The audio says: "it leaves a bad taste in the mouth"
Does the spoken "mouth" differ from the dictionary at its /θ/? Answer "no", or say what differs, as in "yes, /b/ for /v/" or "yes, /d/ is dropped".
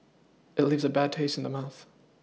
no